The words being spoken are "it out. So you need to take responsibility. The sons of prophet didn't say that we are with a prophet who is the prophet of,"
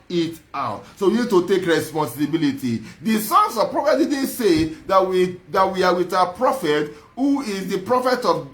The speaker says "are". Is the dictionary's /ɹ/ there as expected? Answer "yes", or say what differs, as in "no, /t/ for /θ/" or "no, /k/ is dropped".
no, /w/ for /ɹ/